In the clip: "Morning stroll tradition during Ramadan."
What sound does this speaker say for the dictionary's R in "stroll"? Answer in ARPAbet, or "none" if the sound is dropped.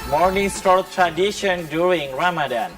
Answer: none